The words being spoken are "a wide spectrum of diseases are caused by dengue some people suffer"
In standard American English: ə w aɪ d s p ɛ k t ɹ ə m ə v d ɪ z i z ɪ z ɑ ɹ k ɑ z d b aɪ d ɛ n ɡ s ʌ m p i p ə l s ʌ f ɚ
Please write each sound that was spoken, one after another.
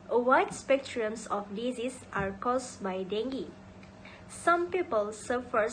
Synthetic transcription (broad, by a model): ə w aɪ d s p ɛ k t ɹ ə ə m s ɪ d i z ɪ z ɑ ɹ k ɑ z b aɪ d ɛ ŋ ɡ s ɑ m p i p ə l s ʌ f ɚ